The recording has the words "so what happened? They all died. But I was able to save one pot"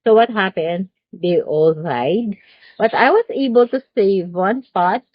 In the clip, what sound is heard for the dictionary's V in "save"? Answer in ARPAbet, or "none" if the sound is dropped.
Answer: V